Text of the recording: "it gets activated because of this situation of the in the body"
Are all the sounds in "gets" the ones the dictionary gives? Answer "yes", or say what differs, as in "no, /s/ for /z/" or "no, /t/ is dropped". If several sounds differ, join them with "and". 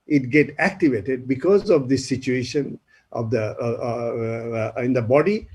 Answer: no, /s/ is dropped